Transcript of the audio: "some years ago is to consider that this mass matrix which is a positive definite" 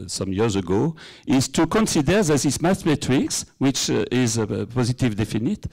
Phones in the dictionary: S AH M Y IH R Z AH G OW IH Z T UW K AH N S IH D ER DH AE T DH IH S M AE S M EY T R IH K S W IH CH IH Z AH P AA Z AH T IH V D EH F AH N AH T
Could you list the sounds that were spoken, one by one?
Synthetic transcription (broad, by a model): S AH M Y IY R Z AH G OW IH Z T UW K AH N S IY D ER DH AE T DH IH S M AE TH M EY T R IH K S W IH CH IH Z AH P AA Z AH T IH V D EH F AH N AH T